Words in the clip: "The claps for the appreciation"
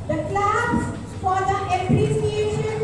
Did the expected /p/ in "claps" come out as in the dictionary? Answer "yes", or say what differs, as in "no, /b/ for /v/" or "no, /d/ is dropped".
no, /b/ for /p/